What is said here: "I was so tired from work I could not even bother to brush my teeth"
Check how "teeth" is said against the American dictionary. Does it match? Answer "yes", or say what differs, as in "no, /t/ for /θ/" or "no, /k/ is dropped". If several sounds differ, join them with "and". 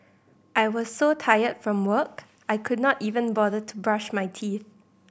yes